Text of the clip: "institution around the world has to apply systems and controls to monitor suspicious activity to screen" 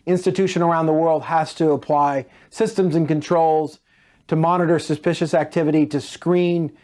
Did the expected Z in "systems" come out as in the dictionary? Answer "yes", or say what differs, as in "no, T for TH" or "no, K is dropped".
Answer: yes